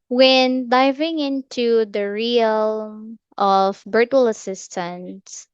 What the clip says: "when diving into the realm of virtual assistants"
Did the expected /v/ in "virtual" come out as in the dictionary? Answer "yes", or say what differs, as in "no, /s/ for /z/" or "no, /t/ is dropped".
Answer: no, /b/ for /v/